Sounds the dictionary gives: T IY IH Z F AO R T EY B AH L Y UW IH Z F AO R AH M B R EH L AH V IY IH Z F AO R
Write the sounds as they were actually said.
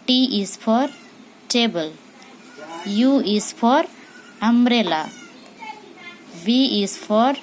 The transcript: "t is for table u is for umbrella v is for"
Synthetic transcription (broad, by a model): T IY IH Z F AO R T EY B AH L Y UW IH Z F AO R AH M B R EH L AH B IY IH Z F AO R